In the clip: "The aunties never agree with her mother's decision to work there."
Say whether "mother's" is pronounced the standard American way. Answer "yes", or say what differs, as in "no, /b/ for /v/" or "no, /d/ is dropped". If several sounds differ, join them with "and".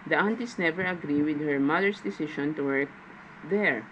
no, /s/ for /z/